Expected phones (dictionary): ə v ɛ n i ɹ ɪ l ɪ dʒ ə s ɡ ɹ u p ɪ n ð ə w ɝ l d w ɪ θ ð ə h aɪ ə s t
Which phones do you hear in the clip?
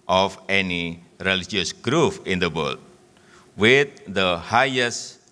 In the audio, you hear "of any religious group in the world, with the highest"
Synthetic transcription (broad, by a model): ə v ɛ n i ɹ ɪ l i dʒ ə s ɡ ɹ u f ɪ n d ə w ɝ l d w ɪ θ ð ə h aɪ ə s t